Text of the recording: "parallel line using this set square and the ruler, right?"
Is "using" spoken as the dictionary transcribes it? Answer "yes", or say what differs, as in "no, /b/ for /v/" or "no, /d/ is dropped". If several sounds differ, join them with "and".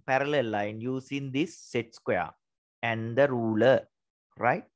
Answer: no, /s/ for /z/